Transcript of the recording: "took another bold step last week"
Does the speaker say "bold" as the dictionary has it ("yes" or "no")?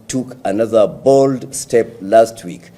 yes